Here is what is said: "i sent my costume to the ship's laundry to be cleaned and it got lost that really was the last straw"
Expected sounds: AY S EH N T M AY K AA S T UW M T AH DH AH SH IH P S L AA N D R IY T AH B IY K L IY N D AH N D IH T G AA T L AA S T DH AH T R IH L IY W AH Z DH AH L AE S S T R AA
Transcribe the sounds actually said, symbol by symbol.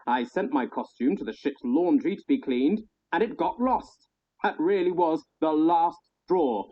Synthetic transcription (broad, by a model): AY S EH N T M AY K AA S T UW M T AH DH AH SH IH P S L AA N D R IY T AH B IY K L IY N D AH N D IH T G AA T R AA S T DH AH T R IH L IY W AH Z DH AH L AE S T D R AA